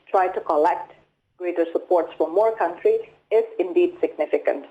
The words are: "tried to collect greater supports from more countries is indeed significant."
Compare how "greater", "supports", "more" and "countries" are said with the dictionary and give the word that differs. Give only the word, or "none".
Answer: countries